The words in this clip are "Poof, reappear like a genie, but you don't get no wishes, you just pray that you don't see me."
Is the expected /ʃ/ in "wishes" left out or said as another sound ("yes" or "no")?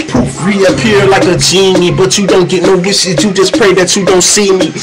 yes